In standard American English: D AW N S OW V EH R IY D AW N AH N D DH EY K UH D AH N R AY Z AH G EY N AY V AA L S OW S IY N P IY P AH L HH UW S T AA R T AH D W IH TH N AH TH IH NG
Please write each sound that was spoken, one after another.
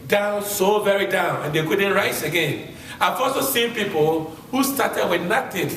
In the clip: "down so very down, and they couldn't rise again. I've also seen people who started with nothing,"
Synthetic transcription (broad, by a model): D AW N S OW V EH R IY D AW N AH N D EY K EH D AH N R AY S AH G EY N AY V AA L S OW S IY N P IY P AH L HH UW S T AA T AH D W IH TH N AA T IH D